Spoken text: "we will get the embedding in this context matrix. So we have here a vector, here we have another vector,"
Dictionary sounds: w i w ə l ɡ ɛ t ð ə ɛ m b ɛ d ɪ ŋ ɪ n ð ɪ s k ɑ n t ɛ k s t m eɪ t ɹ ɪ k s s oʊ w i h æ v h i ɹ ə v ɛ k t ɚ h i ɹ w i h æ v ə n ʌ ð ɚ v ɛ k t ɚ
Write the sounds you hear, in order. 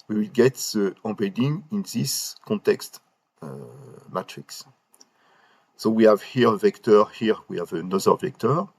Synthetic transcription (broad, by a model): w i w ə l ɡ ɛ t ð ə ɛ b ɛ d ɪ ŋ ɪ n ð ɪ s k ɑ n t ɛ k s t m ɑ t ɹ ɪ k s s oʊ w i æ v h i ɹ ə v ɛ k t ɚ h i ɹ w i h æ v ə n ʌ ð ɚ v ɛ k t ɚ